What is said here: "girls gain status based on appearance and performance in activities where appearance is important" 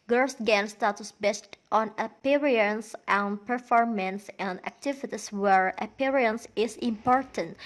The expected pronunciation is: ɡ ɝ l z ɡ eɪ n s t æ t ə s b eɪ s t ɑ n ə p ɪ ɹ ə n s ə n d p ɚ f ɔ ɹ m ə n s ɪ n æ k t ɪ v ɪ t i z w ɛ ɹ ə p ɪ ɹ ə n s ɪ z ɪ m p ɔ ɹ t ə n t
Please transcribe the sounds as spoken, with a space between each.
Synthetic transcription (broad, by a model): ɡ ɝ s ɡ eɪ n s t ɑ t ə s b eɪ s t ɑ n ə p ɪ ɹ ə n s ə n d p ɚ f ɔ ɹ m ə n s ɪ n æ k t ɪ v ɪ t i s w ɛ ɹ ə p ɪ ɹ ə n s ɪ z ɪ m p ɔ ɹ t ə n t